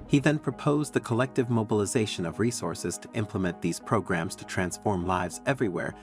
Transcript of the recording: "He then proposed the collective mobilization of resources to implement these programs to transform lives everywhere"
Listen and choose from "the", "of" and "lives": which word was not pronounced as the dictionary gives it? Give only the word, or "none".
none